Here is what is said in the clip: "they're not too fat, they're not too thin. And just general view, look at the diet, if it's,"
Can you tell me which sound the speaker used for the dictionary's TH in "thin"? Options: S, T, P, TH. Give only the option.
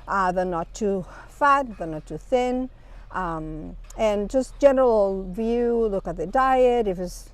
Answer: TH